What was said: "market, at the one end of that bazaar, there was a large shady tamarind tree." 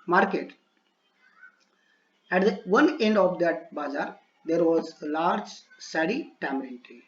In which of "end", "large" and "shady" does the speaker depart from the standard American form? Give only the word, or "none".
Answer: shady